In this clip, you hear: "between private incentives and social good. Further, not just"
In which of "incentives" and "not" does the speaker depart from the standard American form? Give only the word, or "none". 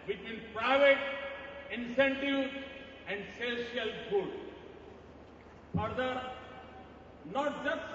incentives